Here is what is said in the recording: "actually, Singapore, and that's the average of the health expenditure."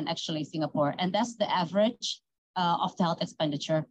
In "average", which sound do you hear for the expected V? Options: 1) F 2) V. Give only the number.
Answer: 2